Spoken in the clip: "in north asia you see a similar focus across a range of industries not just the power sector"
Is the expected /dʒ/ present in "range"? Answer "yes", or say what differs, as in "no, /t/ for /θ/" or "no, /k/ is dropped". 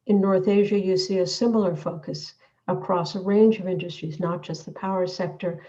yes